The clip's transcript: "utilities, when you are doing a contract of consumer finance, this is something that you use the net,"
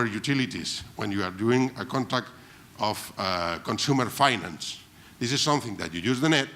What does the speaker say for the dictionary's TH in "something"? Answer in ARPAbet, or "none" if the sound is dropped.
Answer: TH